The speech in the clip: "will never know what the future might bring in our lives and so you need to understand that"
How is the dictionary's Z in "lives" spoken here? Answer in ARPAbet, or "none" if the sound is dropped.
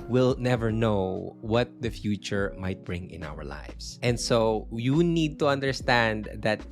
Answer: S